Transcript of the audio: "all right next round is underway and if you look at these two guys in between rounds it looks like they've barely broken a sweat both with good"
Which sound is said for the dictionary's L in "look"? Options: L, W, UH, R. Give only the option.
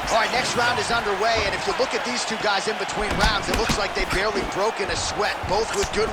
L